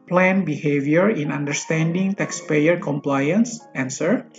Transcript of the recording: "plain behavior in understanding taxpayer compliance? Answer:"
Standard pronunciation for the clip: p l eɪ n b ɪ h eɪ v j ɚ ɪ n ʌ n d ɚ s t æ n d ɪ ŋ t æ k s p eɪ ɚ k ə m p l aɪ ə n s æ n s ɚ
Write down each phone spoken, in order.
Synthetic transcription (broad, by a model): p l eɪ n b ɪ h eɪ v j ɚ ɪ n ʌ n d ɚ s t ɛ n d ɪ ŋ t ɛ k s p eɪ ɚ k ə m p l aɪ ə n s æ n s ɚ